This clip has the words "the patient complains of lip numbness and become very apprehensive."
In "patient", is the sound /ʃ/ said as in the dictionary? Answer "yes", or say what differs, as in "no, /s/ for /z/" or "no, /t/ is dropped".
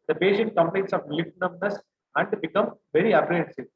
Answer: no, /s/ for /ʃ/